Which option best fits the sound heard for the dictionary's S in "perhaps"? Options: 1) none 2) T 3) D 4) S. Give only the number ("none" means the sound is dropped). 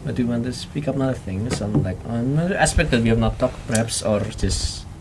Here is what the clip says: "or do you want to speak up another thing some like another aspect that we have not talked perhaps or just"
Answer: 4